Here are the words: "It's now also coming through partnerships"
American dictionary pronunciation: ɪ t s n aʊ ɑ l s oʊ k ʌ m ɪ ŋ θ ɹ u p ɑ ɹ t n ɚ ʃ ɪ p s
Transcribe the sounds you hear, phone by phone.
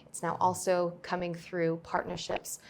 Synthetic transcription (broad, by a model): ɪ t s n aʊ ɑ l s oʊ k ʌ m ɪ ŋ θ ɹ u p ɑ ɹ t n ɚ ʃ ɪ p s